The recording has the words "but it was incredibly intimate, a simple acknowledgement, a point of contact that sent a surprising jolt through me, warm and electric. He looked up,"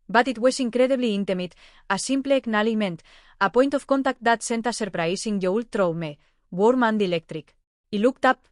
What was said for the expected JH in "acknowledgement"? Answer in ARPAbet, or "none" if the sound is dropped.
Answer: none